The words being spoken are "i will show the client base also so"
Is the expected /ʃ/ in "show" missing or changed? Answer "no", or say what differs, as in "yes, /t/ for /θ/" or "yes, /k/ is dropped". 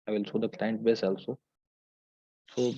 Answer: yes, /s/ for /ʃ/